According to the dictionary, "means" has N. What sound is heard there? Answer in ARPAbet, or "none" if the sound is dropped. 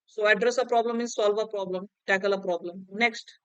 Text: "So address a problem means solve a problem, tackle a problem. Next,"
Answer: none